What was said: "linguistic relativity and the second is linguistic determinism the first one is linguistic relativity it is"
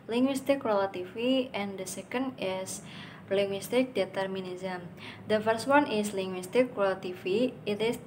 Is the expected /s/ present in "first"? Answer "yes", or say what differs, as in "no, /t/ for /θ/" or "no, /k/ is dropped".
yes